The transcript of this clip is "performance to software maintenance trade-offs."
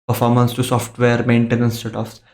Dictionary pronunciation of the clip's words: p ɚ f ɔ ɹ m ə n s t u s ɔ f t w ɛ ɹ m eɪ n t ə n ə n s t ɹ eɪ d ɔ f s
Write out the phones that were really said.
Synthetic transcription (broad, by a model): p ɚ f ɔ ɹ m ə n s t u s ɔ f t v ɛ ɹ m eɪ n t ə n ə n s t eɪ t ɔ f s